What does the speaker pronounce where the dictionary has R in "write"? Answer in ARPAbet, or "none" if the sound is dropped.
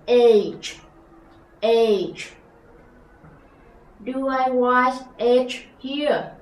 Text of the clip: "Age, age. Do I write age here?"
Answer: W